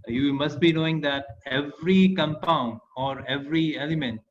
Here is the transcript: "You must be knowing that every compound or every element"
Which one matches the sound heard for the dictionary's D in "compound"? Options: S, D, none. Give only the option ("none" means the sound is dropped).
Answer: D